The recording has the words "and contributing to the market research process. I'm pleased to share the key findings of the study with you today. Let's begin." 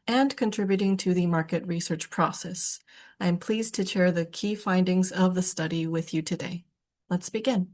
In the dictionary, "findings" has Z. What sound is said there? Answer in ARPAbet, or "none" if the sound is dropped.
Z